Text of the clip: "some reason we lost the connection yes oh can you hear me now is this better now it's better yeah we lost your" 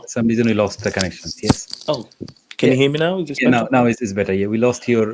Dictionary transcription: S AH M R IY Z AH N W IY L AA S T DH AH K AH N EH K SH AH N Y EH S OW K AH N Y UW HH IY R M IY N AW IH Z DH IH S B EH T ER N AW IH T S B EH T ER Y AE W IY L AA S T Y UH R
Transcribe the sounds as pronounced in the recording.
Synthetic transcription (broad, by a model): S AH M R IY Z AH N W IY L AA S T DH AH K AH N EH K SH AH N Y EH S OW K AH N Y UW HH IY M IY N AW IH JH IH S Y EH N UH N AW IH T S B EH T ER Y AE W IY L AA S T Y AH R